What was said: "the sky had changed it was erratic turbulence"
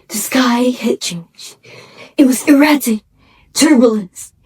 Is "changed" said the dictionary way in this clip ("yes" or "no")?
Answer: no